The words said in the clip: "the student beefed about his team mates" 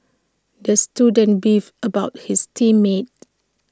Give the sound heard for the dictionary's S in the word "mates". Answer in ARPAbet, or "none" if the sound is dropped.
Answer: none